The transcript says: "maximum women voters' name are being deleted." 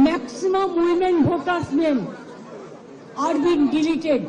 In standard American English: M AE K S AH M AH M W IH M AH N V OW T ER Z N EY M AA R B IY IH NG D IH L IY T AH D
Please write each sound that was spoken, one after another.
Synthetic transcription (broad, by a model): M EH K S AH M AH M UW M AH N B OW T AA S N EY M AA R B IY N D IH L IY T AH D